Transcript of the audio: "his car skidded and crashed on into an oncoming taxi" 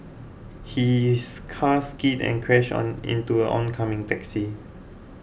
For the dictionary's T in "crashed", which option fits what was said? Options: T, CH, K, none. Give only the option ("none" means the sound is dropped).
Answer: none